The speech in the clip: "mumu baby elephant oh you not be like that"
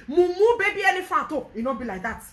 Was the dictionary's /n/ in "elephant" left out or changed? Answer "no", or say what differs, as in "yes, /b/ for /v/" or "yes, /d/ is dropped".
yes, /n/ is dropped